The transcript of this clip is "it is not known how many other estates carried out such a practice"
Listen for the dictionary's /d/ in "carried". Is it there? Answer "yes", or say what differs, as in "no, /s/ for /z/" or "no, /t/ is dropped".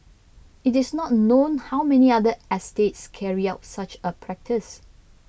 no, /d/ is dropped